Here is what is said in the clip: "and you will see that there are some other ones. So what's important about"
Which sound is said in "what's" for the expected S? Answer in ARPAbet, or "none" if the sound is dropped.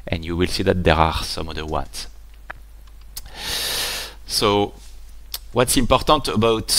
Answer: S